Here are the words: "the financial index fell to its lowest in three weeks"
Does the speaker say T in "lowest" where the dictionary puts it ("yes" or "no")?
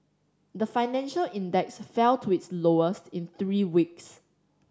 yes